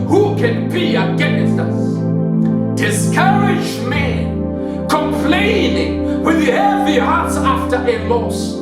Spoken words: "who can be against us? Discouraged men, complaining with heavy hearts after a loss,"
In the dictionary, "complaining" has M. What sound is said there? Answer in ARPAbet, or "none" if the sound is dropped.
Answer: M